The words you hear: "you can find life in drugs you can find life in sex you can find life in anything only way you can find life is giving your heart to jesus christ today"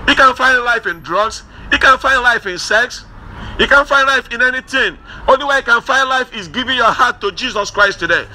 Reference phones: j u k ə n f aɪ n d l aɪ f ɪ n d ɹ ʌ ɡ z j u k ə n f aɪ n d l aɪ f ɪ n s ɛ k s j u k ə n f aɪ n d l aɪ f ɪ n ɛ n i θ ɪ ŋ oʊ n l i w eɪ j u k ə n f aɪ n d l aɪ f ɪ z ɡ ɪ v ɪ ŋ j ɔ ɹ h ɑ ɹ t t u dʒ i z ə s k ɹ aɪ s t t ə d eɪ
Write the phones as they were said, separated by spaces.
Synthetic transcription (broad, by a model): j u k ə n f aɪ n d l aɪ f ɪ n d ɹ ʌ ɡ s j u k ə n f aɪ n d l aɪ f ɪ n s ɛ k s j u k ə n f aɪ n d l aɪ f ɪ n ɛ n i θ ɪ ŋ oʊ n l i w eɪ j u k ə n f aɪ n d l aɪ f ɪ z ɡ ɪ v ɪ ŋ j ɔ h ɑ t t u dʒ i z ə s k ɹ aɪ s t t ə d eɪ